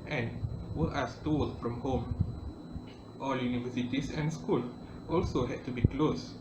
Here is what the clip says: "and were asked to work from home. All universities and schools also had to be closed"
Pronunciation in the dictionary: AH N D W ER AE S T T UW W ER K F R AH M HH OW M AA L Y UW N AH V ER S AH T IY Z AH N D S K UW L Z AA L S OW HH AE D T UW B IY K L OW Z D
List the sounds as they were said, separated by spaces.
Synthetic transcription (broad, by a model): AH N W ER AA S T T UW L F R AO M HH OW M AA L Y UW N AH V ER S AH T IY S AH N S K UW L AA L S OW HH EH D T UW B IY K L OW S